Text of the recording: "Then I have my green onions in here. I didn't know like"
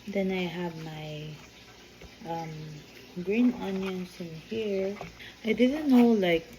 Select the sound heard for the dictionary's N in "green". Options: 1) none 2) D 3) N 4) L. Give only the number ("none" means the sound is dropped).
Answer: 3